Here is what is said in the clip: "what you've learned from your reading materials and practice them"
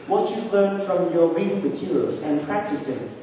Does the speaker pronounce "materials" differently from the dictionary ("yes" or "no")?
yes